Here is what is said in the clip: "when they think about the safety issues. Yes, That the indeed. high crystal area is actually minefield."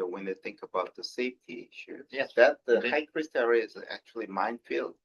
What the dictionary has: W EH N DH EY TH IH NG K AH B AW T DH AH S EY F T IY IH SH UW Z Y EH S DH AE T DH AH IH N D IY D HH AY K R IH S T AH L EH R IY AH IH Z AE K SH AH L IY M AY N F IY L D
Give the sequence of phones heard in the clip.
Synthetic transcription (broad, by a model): W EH N DH EY TH IH NG K AH B AW T DH AH S EY F T IY IH SH UW Z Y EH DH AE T DH AH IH HH AY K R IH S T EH R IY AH IH Z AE K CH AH L IY M AY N F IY L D